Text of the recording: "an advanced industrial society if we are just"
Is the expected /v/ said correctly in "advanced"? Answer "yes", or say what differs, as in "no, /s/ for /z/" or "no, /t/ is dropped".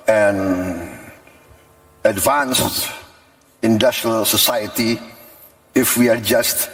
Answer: yes